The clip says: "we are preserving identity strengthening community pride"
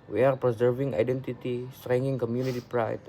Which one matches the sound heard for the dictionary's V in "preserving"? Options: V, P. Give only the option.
V